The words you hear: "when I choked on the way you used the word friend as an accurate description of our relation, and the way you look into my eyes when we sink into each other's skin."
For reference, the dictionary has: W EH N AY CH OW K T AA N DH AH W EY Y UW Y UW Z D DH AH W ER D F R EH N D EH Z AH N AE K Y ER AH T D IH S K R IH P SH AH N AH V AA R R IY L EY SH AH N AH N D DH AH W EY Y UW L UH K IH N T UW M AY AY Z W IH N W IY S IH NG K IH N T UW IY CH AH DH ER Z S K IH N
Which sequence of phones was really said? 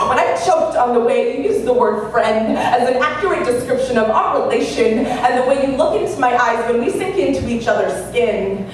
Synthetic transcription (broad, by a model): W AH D AY CH OW K T N DH AH W EY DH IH Y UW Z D DH AH W ER D F R EH N D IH Z N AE K Y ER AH T D IH S K R IH P SH AH N AH V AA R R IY L EY SH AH N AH N DH AH W EY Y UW L UH K IH N T UW M AY AY Z W IH N W IY S IH NG K IH N T UW IY CH AH DH ER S K IH N